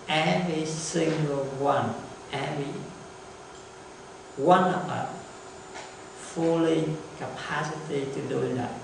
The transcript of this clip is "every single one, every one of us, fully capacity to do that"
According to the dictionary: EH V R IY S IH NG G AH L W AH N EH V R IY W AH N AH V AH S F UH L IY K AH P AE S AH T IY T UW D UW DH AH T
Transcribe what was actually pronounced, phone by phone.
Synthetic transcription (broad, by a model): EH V R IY S IH NG G AH L W AH N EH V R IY W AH N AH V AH F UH L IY K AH P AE S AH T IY T UW D UW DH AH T